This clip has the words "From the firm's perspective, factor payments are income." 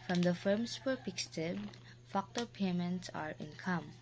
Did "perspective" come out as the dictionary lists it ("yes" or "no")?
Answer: no